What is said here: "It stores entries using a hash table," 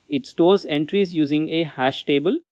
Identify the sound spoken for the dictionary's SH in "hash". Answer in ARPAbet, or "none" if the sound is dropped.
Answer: SH